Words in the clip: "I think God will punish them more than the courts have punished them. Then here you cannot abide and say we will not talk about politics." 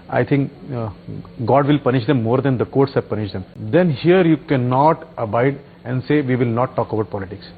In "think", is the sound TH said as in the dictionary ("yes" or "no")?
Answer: no